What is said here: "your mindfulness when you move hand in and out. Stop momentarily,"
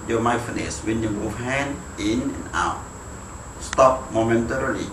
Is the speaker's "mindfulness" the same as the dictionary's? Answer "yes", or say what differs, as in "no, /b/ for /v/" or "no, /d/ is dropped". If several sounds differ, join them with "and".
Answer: no, /l/ is dropped